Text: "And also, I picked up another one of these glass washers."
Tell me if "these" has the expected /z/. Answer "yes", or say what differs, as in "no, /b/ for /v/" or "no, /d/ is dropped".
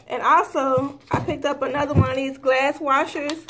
yes